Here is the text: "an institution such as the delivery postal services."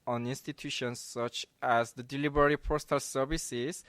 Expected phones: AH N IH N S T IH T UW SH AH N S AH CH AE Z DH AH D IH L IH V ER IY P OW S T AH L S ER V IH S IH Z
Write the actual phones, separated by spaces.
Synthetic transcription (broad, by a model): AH N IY N S T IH T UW SH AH N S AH CH AE Z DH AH D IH L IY B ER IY P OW S T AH L S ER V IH S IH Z